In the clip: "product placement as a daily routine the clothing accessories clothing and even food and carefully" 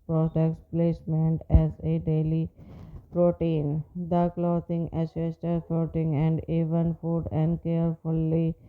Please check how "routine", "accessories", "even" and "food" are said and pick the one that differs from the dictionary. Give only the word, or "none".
accessories